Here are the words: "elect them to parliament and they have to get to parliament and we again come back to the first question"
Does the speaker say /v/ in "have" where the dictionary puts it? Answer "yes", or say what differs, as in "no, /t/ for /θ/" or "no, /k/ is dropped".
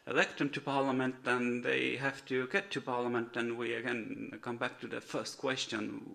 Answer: no, /f/ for /v/